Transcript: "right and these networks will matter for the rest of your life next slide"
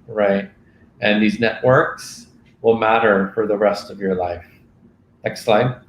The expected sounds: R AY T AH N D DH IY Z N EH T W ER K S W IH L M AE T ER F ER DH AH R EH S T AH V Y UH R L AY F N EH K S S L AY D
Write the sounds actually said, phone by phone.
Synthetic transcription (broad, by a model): R AY T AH N DH IY Z N EH T W ER K S W IH L M AE T ER F ER DH AH R EH S T AH V Y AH R L AY F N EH K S S L AY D